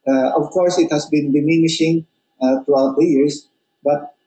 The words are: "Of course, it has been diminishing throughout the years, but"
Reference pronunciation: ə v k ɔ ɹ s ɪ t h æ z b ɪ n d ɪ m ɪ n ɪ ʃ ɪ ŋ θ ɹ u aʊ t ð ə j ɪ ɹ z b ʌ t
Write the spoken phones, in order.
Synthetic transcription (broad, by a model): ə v k ɔ ɹ s ɪ t h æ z b ɪ n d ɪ m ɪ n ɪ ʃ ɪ ŋ t ɹ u aʊ t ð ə j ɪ ɹ s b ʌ t